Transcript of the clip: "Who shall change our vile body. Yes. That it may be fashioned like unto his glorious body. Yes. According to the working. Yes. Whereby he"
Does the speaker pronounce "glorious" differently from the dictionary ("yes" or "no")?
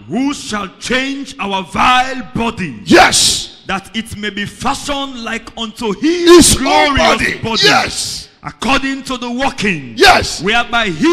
yes